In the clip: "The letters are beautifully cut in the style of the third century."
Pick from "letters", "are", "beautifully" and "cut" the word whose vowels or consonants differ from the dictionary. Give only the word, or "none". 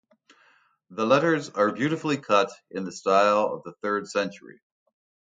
none